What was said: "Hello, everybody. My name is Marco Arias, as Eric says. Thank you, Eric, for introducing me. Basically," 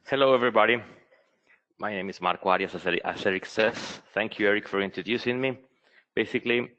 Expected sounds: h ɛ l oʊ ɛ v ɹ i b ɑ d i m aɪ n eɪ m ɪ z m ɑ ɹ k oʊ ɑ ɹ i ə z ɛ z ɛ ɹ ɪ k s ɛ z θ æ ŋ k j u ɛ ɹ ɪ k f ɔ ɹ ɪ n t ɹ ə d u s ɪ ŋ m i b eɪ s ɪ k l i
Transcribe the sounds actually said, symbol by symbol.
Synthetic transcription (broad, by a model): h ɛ l oʊ ɛ v ɹ i b ɑ d i m aɪ n eɪ m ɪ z m ɑ ɹ k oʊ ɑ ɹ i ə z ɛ s ɛ ɹ ɪ k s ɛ s θ æ ŋ k j u ɛ ɹ ɪ k f ɔ ɹ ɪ n t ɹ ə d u s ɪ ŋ m i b eɪ s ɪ k l i